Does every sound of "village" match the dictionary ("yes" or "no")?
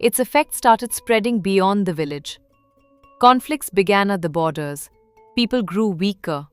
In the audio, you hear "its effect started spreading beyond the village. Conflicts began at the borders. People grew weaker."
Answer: yes